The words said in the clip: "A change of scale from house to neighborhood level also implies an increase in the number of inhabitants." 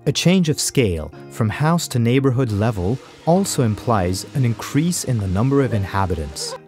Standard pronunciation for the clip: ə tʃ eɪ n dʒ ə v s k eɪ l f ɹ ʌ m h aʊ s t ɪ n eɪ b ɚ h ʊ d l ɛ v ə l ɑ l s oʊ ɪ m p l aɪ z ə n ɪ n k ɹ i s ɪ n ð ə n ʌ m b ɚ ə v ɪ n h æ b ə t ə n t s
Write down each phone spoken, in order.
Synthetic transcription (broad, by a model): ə tʃ eɪ n dʒ ə v s k eɪ l f ɹ ʌ m h aʊ s t ɪ n eɪ b ɚ h ʊ d l ɛ v ə l ɑ l s oʊ ɪ m p l aɪ z ə n ɪ n k ɹ i s ɪ n ð ə n ʌ m b ɚ ə v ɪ n h æ b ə t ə n t s